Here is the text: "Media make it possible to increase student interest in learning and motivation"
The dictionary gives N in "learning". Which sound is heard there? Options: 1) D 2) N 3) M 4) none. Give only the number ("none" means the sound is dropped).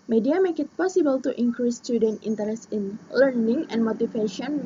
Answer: 2